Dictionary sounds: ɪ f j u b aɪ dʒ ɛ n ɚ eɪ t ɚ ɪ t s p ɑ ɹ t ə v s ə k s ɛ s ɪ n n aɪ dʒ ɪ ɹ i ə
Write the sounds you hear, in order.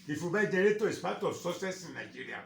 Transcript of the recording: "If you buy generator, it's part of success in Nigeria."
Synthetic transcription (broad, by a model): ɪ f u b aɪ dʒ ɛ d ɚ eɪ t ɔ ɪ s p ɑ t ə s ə s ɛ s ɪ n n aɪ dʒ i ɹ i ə